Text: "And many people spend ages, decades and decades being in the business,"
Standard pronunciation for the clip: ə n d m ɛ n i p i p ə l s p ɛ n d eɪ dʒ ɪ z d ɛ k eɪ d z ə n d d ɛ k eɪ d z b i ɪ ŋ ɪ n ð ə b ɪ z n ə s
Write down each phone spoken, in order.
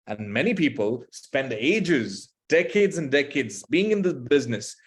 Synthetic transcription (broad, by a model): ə n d m ɛ n i p i p ə l s p ɛ n d eɪ dʒ ɪ z d ɛ k eɪ d z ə n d d ɛ k eɪ d z b i ɪ ŋ ɪ n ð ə b ɪ z n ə s